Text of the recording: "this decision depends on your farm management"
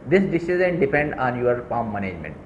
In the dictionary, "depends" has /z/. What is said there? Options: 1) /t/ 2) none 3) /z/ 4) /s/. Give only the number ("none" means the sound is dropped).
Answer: 2